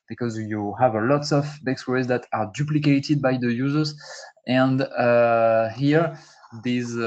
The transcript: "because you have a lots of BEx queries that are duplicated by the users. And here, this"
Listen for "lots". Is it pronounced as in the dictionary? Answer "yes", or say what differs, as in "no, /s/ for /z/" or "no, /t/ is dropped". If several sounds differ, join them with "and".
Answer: yes